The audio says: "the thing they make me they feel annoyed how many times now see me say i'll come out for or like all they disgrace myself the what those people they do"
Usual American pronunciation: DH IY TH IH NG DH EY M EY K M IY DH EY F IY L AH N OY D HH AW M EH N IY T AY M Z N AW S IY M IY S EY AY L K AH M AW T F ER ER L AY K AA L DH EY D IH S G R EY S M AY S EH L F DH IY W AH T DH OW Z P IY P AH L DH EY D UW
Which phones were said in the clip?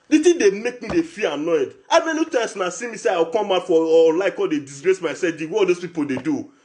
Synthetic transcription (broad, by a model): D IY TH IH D EY M EY K M IY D EY F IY AH N OY D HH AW M EH N IY T AY M S N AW S IY M IY S EY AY W K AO M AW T F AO L AY K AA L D EY D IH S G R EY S M AY S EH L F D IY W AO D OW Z P IY P AH L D EY D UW